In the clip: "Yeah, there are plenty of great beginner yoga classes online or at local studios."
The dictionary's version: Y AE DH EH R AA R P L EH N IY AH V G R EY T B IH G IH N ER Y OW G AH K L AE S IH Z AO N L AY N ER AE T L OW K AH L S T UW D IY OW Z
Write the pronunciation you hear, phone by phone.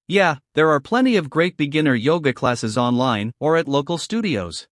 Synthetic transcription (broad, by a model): Y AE DH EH R AA R P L EH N IY AH V G R EY T B IH G IH N ER Y OW G AH K L AE S IH Z AO N L AY N ER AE T L OW K AH L S T UW D IY OW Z